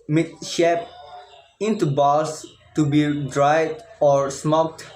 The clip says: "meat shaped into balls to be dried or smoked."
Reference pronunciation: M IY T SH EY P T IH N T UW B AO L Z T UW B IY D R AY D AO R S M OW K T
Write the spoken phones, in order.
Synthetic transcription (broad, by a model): M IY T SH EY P IH N T UW B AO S T UW B IY D R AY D AO R S M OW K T